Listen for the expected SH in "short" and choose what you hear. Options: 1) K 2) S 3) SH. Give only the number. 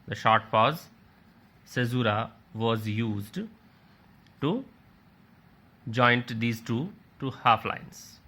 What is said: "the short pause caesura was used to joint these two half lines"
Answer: 3